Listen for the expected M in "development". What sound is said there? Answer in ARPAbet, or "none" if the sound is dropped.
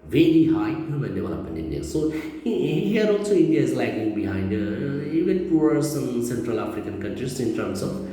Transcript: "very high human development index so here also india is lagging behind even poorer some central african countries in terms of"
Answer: none